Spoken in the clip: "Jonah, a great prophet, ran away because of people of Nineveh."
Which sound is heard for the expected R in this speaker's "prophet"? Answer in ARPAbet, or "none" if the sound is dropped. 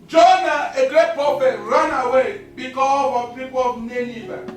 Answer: none